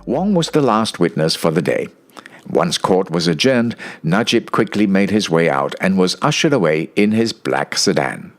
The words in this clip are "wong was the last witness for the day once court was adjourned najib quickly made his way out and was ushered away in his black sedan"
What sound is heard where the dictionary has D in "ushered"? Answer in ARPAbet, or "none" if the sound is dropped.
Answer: D